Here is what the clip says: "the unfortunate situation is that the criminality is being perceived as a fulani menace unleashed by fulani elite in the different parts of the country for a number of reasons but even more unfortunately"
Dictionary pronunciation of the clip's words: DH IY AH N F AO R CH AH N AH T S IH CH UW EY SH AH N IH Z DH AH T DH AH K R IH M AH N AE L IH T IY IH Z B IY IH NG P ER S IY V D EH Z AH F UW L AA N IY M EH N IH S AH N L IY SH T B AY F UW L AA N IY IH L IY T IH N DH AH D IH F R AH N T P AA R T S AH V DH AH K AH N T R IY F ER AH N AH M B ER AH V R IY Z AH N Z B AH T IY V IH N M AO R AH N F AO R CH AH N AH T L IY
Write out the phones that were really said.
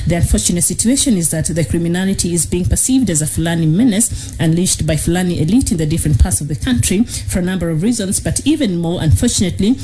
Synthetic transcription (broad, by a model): DH IY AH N F AO R CH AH N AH T S IH CH UW EY SH AH N IH Z DH AH T DH AH K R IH M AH N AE L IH T IY IH Z B IY IH NG P ER S IY V D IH Z AH F L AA N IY M EH N IH S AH N L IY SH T B AY F L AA N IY IH L IY T IH N DH AH D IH F R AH N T P AA R T S AH V DH AH K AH N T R IY F ER AH N AH M B ER AH V R IY Z AH N Z B AH T IY V IH N M AO R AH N F AO R CH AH N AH T L IY